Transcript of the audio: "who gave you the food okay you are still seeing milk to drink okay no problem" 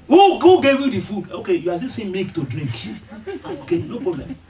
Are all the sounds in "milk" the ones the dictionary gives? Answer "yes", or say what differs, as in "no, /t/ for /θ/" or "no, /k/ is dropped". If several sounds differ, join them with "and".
no, /l/ is dropped